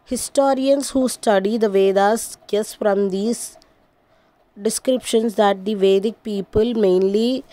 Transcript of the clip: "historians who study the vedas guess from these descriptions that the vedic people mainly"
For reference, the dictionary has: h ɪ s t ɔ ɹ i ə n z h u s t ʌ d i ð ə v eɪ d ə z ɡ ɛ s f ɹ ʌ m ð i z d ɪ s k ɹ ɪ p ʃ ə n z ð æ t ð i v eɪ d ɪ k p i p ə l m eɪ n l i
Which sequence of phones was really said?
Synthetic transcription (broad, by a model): h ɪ s t ɔ ɹ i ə n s h u s t ʌ d i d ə v eɪ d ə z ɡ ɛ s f ɹ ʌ m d i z d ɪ s k ɹ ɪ p ʃ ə n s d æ t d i v eɪ d ɪ k p i p ə l m eɪ n l i